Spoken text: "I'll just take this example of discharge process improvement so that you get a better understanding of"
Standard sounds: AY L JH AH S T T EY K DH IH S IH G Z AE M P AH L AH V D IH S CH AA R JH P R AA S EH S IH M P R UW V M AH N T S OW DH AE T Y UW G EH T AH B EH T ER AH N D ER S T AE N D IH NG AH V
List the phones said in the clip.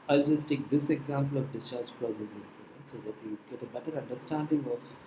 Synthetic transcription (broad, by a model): AY L JH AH S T T EY K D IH S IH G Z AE M P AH L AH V D IH S CH AA R JH P R AA S EH S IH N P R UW M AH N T S OW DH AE T Y UW G EH T AH B EH T ER AH N D ER S T AE N D IH NG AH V